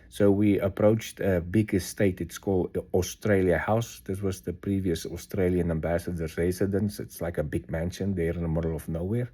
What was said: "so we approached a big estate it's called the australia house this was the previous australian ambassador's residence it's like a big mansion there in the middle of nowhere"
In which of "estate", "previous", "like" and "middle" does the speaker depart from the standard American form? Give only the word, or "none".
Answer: none